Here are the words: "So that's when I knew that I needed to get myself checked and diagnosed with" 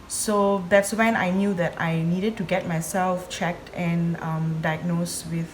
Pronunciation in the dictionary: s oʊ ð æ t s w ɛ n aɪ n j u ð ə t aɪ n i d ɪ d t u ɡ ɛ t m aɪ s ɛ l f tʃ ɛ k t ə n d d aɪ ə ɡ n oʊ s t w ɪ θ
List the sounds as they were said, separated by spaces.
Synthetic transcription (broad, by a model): s oʊ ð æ t s w ɛ n aɪ n j u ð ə t aɪ n i d ɪ d t u ɡ ɛ t m aɪ s ɛ l f tʃ ɛ k t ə n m d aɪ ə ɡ n oʊ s w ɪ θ